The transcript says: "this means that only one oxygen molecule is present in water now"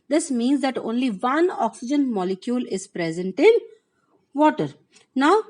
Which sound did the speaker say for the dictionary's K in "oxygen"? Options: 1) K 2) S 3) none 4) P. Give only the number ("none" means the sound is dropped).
1